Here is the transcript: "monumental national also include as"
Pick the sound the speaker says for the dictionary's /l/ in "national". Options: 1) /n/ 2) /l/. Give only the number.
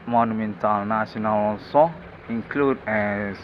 1